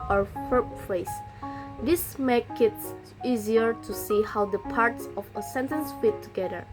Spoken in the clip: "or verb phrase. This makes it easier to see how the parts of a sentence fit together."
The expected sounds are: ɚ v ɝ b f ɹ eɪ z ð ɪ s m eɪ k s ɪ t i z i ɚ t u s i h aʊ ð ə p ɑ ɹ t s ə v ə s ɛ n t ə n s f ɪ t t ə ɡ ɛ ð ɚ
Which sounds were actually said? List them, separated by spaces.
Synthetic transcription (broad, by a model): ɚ f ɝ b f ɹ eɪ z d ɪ s m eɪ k ɪ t i z i ɚ t u s i h aʊ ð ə p ɑ ɹ t s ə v ə s ɛ n t ə n s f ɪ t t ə ɡ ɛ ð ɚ